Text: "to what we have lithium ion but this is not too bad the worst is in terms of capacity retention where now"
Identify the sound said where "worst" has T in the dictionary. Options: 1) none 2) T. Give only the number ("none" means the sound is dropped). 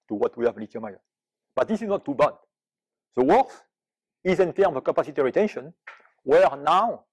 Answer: 1